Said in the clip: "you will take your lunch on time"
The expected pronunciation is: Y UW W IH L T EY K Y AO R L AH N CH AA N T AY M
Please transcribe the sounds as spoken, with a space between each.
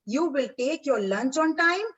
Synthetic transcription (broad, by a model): Y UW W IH L T EY K Y AO R L AH N CH AA N T AY M